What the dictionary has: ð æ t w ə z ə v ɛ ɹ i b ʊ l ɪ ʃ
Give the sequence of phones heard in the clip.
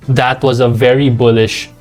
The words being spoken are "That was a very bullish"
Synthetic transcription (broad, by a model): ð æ t w ə z ə v ɛ ɹ i b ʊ l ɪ ʃ